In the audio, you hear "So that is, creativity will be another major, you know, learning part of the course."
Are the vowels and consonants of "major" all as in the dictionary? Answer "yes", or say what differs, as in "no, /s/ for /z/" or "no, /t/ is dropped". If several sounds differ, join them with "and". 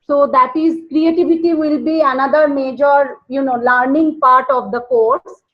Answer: yes